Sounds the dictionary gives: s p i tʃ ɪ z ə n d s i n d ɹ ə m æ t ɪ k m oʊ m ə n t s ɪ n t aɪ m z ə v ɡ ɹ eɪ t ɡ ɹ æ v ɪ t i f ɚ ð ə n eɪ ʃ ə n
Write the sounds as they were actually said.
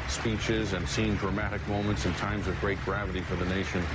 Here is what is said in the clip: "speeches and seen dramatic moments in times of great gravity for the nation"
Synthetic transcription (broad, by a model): s p i tʃ ɪ z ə n s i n d ɹ ə m æ t ɪ k m oʊ m ə n t s ɪ n t aɪ m z ə v ɡ ɹ eɪ t ɡ ɹ æ v ɪ t i f ɚ ð ə n eɪ ʃ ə n